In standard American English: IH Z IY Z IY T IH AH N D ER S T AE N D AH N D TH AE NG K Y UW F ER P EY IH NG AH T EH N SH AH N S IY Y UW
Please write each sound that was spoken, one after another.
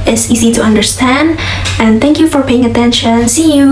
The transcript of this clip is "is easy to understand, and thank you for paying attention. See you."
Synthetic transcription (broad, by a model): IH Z IY Z IY T IH AH N D ER S T AE N D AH N TH AE NG K Y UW F ER P EY IH NG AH T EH N SH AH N S IY Y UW